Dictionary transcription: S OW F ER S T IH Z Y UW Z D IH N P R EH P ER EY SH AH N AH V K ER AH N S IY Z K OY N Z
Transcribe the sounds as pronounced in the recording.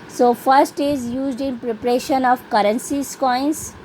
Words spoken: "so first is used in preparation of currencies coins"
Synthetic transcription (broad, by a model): S OW F ER S T IH Z Y UW Z D IH N P R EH P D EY SH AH N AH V K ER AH N S IY S K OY N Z